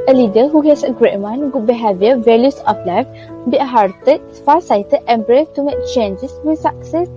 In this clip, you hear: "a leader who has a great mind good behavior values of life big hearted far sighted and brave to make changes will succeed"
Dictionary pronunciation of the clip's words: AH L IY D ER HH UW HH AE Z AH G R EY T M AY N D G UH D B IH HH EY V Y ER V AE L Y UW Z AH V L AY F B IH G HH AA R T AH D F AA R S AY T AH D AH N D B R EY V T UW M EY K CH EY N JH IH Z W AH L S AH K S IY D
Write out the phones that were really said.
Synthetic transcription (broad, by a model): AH L IY D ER HH UW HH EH S AH G R EY T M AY N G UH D B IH HH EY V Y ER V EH L Y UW S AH P L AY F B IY HH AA R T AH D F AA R S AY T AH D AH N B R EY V T UW M EY K CH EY N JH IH S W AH S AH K S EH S